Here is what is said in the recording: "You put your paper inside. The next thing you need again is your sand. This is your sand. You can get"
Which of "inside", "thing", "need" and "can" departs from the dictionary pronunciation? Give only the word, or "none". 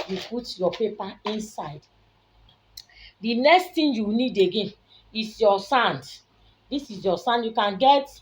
thing